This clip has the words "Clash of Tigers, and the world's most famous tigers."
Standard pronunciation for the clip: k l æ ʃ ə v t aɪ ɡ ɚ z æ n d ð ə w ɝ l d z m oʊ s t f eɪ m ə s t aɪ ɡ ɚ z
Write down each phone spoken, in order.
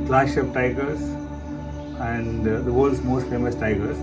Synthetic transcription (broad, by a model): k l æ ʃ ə p t aɪ ɡ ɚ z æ n d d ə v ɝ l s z m oʊ s t f eɪ m ə s t aɪ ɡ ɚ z